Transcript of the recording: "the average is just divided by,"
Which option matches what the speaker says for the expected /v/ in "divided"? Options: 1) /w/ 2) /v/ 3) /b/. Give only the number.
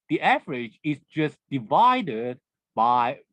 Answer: 2